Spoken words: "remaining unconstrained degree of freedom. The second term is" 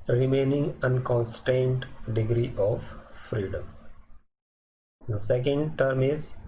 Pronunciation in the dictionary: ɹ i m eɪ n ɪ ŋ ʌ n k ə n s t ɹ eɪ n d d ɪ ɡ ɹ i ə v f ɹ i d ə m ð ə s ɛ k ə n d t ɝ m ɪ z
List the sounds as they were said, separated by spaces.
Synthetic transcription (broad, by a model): ɹ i m eɪ n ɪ ŋ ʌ n k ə n s t eɪ n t d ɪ ɡ ɹ i ə v f ɹ i d ə m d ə s ɛ k ə n d t ɝ m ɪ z